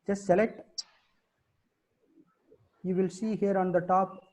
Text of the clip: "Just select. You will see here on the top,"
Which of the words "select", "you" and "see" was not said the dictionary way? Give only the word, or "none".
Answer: none